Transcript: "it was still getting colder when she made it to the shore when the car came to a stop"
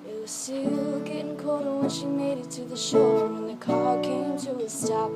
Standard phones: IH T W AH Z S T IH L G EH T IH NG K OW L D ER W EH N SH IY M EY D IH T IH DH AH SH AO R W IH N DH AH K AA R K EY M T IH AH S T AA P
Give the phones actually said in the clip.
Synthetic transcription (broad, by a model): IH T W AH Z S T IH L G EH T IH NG K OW D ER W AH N SH IY M EY D IH T IH DH AH SH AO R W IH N DH AH K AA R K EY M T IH AH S T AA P